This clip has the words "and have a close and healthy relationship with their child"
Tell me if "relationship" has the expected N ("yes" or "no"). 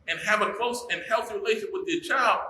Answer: no